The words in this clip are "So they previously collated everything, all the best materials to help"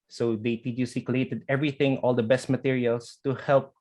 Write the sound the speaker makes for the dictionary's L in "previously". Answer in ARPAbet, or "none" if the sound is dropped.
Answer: none